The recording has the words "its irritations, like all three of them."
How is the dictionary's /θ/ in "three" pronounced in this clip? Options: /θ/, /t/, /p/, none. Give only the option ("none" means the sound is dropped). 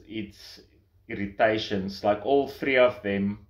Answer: /θ/